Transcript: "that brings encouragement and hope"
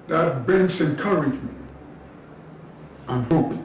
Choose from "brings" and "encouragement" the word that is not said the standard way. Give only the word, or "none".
brings